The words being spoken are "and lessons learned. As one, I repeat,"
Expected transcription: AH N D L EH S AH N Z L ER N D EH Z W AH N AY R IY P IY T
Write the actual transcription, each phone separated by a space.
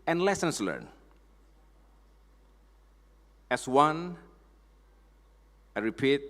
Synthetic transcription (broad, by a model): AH N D L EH S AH N S L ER N EH S W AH N AY R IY P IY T